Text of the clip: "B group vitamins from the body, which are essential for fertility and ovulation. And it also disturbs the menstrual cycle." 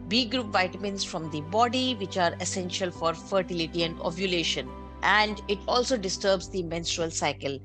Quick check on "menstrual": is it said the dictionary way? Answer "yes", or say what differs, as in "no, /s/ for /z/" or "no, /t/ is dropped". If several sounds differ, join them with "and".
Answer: yes